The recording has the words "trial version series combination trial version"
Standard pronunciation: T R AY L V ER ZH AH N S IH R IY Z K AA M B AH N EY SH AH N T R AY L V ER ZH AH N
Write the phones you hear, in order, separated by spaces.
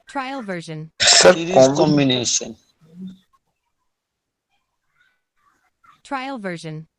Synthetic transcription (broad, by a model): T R AY L V ER ZH AH N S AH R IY K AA M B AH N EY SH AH N T R AY L V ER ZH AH N